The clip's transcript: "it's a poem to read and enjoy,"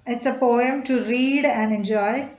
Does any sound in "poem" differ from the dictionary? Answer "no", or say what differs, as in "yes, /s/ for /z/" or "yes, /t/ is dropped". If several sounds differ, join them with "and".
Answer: no